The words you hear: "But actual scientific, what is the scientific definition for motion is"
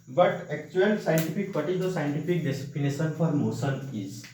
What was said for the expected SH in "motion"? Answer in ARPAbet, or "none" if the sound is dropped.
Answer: S